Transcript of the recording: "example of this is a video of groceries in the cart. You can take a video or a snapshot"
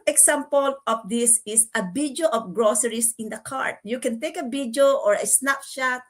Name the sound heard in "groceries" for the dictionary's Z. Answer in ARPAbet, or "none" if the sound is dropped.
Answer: S